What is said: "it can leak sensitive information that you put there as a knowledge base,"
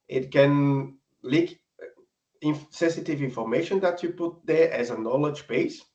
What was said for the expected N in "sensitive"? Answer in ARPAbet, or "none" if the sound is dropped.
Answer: N